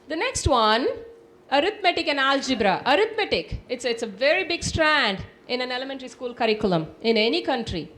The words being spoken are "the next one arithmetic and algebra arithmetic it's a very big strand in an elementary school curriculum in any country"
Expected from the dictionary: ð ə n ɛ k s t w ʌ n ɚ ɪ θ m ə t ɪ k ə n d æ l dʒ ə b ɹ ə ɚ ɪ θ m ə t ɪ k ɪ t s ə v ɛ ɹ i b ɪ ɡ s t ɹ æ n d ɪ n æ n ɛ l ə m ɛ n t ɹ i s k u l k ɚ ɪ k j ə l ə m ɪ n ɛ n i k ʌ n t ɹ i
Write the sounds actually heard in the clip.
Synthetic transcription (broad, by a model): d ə n ɛ k s t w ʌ n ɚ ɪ t m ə t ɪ k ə n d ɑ l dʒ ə b ɹ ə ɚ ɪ t m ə t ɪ k ɪ t s ə v ɛ ɹ i b ɪ ɡ s t ɹ æ n d ɪ n æ n ɛ l ə m ɛ n t ɹ i s k u l k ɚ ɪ k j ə l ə m ɪ n ɛ n i k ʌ n t ɹ i